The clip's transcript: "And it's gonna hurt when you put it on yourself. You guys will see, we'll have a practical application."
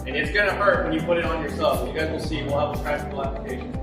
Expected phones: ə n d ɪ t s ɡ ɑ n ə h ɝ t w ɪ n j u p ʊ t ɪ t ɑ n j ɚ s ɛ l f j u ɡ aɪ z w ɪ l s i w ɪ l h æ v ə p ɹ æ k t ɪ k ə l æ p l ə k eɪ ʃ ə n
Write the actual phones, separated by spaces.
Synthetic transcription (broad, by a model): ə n ɪ t s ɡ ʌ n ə h ɝ t w ɪ n j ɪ p ʊ t ɪ t n j ɚ s ɛ l f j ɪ ɡ aɪ z w ɪ l s i w ɪ l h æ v ə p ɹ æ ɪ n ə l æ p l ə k eɪ ʃ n